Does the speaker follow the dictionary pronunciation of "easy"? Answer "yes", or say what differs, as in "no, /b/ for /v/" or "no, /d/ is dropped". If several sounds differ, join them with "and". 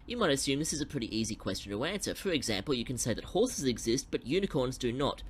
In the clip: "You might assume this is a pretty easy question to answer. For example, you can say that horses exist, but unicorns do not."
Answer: yes